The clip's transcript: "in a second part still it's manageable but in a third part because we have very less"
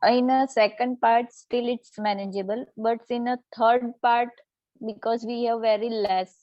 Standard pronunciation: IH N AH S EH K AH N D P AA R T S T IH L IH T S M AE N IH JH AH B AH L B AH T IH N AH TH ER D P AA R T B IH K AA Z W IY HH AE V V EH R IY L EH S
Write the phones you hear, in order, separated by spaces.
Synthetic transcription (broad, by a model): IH N AH S EH K AH N D P AA R T S T IH L IH T S M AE N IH JH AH B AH L B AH T IH N AH T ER D P AA R T B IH K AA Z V IY HH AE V V EH R IY L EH S